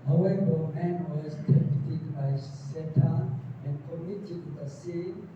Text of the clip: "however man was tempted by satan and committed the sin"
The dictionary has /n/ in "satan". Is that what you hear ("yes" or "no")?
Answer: no